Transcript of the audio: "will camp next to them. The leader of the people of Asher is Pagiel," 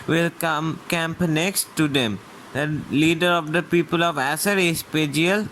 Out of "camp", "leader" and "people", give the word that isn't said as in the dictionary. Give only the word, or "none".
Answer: none